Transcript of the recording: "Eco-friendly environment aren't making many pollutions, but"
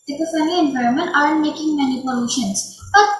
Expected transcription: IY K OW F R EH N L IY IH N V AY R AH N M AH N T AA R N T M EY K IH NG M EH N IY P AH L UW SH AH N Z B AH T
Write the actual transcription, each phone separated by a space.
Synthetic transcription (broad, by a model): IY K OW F EH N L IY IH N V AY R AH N M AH N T AA R N T M EY K IH NG M EH N IY P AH L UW SH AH N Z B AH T